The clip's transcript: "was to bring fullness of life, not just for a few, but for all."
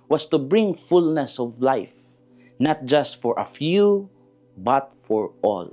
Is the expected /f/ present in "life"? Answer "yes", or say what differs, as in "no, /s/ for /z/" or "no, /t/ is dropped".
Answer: yes